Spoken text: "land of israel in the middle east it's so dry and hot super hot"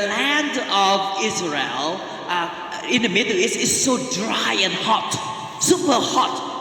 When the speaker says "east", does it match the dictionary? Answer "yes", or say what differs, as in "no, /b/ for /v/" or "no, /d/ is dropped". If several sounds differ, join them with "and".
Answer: no, /t/ is dropped